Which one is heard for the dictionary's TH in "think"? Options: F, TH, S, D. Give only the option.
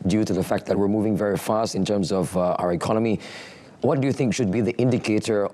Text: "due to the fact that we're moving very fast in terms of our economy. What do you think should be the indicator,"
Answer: TH